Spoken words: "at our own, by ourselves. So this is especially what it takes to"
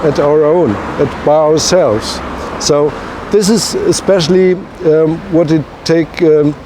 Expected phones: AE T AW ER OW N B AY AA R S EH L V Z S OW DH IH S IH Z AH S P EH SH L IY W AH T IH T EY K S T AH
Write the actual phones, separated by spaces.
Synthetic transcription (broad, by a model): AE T AW ER OW N B AY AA R S EH L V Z S OW DH IH S IH Z AH S P EH SH L IY W AH T IH T EY K